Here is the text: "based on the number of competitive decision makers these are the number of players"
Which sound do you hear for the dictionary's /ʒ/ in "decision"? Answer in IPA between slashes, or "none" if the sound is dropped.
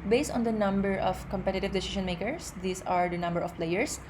/ʃ/